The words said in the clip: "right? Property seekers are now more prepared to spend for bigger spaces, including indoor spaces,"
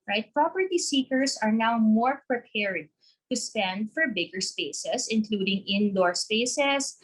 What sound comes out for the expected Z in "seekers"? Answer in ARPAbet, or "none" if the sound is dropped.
S